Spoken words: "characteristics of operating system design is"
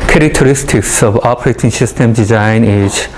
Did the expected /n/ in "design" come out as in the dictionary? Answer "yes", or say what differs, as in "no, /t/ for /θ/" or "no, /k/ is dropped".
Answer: yes